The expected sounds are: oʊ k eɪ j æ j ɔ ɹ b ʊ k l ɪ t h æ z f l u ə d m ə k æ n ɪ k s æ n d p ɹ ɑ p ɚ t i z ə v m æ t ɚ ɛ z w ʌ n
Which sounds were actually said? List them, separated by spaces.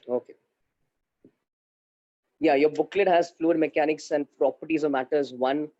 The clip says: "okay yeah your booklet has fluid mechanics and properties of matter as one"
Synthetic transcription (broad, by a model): oʊ k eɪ j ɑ j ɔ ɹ b ʊ k l ɪ t h æ z f l u ə d m ə k æ n ɪ k s æ n d p ɹ ɑ p ɚ t i z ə m æ t ɚ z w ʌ n